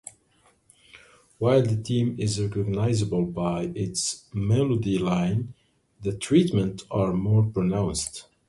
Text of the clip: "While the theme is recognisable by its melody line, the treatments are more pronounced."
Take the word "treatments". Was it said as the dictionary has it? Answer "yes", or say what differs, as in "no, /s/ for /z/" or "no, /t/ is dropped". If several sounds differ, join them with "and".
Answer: no, /s/ is dropped